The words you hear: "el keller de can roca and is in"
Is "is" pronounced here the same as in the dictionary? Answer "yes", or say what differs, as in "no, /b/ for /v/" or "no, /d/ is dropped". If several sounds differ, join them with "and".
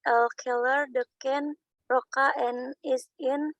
no, /s/ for /z/